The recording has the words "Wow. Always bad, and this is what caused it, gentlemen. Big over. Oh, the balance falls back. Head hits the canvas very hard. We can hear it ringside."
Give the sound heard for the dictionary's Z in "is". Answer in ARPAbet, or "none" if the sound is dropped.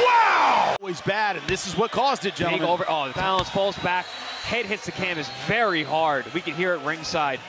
Z